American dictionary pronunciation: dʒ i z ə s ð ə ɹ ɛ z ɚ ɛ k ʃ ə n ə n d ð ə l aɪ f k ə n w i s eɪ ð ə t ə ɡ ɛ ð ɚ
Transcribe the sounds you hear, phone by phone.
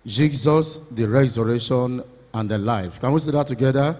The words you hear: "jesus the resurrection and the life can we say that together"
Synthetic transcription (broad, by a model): dʒ i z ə s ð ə ɹ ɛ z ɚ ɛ ʃ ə n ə n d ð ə l aɪ f k ə n w i s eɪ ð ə t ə ɡ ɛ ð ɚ